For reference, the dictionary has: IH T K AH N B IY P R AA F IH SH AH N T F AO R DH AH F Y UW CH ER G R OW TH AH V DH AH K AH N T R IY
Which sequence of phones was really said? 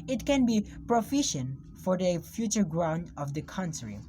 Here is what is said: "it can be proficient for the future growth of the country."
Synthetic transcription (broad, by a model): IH T K AH N B IY P R AA F IH SH AH N T F AO R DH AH F Y UW CH ER G R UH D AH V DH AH K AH N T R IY